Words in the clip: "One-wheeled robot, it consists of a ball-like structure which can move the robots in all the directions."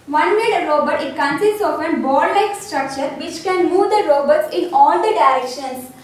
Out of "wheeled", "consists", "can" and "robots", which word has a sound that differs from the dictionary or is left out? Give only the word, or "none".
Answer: wheeled